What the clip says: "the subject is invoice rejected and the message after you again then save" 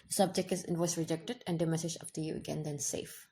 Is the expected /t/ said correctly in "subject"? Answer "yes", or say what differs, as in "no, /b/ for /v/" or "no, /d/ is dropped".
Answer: yes